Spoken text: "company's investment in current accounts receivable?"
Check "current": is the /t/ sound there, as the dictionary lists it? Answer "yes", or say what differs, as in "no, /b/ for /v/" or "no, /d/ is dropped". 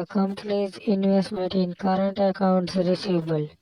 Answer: yes